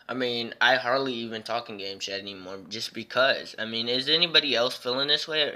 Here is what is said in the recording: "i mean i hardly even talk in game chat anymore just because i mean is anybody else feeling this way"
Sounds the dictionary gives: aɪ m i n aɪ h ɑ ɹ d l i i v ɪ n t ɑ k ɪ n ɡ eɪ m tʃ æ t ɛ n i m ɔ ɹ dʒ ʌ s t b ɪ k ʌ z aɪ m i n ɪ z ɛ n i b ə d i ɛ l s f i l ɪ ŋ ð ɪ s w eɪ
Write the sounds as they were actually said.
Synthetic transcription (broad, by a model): aɪ m i n aɪ h ɑ ɹ d l i i v ɪ n t ɑ k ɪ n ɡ eɪ m ʃ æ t ɛ n i m ɔ ɹ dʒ ʌ s b ɪ k ʌ z aɪ m i n ɪ z ɛ n i b ə d i ɛ l s f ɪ l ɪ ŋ ð ɪ s w eɪ